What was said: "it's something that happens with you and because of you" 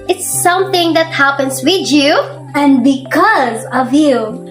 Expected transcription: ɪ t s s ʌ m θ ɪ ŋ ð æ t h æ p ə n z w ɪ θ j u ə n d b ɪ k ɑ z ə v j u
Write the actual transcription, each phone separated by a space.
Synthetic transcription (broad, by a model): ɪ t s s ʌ m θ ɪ ŋ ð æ t h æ p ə n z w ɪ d j u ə n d b ɪ k ɑ z ə v j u